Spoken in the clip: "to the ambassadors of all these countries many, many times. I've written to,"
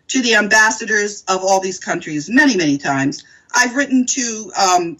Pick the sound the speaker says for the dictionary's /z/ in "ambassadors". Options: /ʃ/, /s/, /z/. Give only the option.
/z/